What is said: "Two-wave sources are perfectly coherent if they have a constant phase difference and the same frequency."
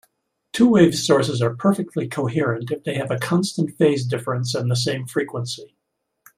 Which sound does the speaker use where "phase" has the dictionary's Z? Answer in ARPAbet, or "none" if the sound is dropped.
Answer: Z